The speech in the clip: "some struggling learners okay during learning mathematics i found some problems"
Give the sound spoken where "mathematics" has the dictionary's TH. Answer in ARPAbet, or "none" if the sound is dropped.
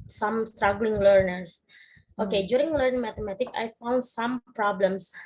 T